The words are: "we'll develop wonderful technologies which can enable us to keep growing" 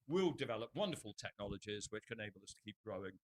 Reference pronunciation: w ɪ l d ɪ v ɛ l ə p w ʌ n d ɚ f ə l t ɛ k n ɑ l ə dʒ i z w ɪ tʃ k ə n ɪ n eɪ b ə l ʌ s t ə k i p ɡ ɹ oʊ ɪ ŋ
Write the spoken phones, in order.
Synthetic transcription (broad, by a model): w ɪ l d ɪ v ɛ l ə p w ʌ n d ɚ f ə l t ɛ k n ɑ l ə dʒ i z w ɪ tʃ k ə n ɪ ɪ b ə l ʌ s t ə k i p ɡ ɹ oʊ ɪ ŋ